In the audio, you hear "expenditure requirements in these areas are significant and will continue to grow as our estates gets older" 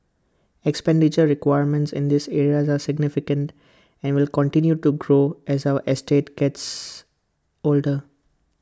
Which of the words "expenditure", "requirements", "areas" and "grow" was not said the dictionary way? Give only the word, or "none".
none